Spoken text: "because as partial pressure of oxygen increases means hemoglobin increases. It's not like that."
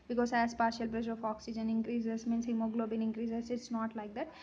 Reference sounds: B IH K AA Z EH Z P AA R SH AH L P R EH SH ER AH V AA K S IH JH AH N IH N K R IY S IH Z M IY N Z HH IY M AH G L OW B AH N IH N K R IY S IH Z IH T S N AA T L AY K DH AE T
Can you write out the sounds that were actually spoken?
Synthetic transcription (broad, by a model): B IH K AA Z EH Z P AA R SH AH L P R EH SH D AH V AA K S IH JH AH N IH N K R IY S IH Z M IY N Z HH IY M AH G L OW B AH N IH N K R IY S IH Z IH T S N AA T L AY K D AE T